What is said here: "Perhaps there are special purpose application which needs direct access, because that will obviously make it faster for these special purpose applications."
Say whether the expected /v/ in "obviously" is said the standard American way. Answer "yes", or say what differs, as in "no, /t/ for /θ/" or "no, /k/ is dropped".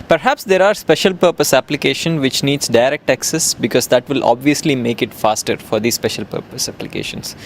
yes